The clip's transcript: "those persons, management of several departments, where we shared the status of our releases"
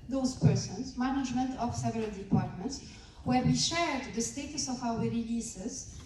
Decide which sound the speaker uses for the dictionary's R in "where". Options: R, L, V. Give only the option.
R